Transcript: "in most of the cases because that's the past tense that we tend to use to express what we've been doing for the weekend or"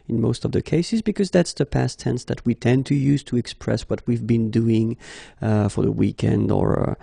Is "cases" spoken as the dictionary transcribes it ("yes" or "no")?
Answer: yes